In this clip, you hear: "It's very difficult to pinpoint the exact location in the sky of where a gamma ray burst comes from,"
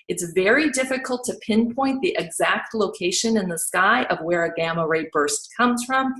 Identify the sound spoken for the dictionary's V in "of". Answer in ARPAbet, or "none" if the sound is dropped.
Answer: V